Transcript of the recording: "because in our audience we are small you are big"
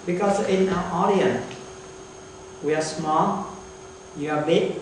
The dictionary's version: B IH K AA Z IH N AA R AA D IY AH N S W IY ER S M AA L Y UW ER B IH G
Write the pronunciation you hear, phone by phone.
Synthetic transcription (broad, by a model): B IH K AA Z IH N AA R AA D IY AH N W IY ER S M AA L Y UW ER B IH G